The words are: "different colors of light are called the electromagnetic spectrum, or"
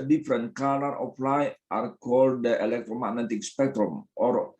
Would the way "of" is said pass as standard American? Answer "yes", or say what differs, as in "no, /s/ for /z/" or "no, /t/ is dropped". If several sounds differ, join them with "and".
no, /p/ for /v/